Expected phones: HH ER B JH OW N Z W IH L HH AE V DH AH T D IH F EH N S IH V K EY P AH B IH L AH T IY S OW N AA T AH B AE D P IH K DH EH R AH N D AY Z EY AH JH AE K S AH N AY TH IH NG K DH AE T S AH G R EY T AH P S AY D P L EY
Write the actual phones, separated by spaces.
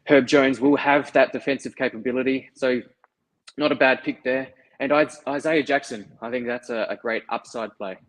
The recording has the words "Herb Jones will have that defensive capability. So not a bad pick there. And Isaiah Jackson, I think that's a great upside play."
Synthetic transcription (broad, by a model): HH ER B JH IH N Z W IH L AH V DH AH T D IH F EH N S IH V K EY P AH B IH L AH T IY S OW N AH T AH B AE D P IH K DH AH R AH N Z AY Z EY AH JH AE K S AH N AY TH IH NG K DH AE T S AH G R EY T AH P S AY D P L EY